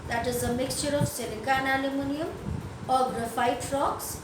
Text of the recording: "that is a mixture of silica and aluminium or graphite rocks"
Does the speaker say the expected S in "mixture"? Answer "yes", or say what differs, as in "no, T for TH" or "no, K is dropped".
yes